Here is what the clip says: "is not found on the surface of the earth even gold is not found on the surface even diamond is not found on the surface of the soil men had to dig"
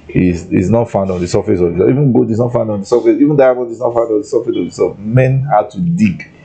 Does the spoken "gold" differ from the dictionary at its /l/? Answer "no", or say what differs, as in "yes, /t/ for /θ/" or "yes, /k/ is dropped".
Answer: yes, /l/ is dropped